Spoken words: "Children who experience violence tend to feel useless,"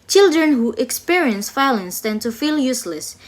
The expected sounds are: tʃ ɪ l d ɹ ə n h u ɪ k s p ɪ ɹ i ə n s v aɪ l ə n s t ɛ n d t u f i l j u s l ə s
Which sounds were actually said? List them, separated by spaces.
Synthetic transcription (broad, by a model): tʃ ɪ l d ɹ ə n h u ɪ k s p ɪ ɹ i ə n s f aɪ l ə n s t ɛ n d t u f i l j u s l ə s